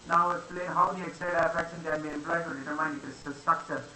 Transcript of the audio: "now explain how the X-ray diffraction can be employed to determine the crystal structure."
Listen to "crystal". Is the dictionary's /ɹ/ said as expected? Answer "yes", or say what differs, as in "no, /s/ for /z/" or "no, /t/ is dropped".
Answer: no, /ɹ/ is dropped